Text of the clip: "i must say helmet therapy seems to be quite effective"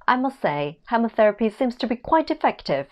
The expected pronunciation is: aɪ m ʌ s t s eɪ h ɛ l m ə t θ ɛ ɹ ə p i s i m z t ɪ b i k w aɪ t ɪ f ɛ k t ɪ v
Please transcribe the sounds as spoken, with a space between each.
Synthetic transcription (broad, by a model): aɪ m ʌ s t s eɪ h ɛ m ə θ ɛ ɹ ə p i s i m z t ɪ b i k w aɪ t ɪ f ɛ k t ɪ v